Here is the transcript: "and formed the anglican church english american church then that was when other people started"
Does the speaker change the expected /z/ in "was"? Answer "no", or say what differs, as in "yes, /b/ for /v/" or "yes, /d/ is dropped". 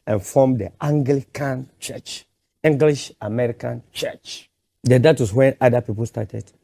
yes, /s/ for /z/